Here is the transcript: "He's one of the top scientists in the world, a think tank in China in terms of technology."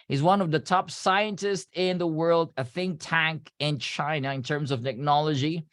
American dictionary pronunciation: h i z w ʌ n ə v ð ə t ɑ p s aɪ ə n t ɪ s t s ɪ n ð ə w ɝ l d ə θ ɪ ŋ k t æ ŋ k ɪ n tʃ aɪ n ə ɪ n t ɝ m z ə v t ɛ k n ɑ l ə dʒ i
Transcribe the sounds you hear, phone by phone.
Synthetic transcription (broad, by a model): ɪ z w ʌ n ə v ð ə t ɑ p s aɪ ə n t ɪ s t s ɪ n ð ə w ɝ l d ə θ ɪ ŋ t æ ŋ k ɪ n tʃ aɪ n ə ɪ n t ɝ m z ə v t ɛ k n ɑ l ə dʒ i